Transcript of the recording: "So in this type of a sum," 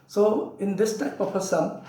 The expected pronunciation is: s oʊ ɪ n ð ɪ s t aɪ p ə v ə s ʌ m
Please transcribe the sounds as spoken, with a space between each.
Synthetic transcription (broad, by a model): s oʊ ɪ n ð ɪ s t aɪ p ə p ə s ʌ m